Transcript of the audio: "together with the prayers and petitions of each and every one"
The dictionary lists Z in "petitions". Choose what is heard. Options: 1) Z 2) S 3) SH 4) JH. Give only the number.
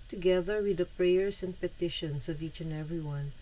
2